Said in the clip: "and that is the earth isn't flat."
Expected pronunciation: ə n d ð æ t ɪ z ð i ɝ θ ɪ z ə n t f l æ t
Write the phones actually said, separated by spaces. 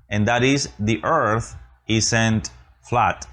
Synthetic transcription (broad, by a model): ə n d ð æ t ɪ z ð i ɝ θ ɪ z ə n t f l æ t